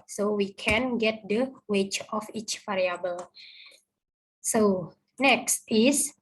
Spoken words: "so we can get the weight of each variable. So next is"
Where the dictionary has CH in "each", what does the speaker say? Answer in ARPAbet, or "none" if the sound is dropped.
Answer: CH